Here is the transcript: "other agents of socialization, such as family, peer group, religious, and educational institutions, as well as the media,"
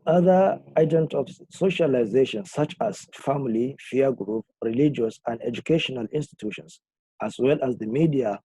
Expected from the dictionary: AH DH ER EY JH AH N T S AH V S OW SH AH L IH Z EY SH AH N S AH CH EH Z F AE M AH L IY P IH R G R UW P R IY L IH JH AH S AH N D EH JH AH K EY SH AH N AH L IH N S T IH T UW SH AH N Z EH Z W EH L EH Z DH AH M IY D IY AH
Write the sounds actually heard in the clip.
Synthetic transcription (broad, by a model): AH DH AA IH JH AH N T AH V S OW SH AH L IH Z EY SH AH N S AH CH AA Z F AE M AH L IY F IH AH G R UW P R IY L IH JH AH S AH N D EH JH AH K EY SH AH N AH L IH N S T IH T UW SH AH N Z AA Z W EH L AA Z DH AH M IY D IY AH